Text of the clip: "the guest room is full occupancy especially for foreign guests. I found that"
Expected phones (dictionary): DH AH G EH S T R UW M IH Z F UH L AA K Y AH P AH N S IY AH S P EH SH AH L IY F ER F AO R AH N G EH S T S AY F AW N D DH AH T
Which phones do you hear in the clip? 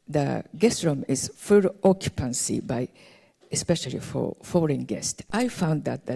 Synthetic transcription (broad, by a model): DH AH G EH S T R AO M IH Z F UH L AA K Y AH P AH N S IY AH S P EH SH AH L IY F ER F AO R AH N G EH S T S AY F AW N D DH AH T